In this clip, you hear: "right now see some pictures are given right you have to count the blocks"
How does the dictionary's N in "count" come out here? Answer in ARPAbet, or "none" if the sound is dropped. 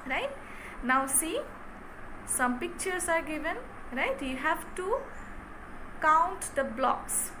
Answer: N